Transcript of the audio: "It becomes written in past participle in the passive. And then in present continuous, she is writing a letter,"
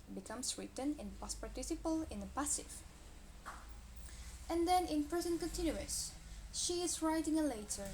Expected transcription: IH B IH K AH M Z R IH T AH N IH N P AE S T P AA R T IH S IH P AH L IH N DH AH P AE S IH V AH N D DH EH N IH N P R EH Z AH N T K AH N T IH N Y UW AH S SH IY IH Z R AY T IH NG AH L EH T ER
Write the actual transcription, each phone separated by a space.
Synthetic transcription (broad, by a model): B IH K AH M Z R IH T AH N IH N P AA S P AA R T IH S IH P AH L IH N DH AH P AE S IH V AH N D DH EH N IH N P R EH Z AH N K AH N T IH N Y UW AH S SH IY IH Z R AY T IH NG AH L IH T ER